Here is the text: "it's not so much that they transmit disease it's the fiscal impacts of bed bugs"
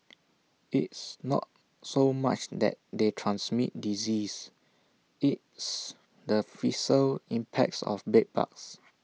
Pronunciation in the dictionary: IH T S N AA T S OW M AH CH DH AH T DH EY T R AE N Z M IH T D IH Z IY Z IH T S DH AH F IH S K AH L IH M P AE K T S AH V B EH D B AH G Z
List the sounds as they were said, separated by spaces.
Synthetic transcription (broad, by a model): IH T S N AA T S OW M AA CH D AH T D EY T R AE N S M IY T D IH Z IY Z IH T S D AH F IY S AH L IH M P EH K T S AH F B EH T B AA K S